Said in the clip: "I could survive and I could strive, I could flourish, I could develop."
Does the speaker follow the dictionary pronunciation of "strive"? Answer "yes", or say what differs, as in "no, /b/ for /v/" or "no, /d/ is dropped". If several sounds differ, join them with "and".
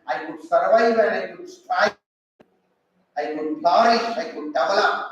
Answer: no, /v/ is dropped